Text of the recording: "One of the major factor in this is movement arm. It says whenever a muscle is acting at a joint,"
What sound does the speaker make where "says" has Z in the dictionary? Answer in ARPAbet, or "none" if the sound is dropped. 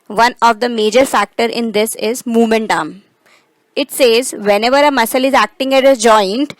Z